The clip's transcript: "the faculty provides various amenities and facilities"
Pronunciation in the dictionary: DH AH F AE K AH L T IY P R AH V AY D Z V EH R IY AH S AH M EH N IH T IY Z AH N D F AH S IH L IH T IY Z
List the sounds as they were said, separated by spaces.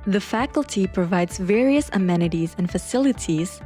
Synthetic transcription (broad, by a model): DH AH F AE K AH L T IY P R AH V AY D Z V EH R IY AH S AH M EH N IH T IY Z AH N F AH S IH L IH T IY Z